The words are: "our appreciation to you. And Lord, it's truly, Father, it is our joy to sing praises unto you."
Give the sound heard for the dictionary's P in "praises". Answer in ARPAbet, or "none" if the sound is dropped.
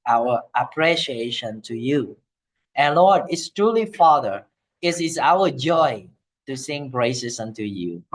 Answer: B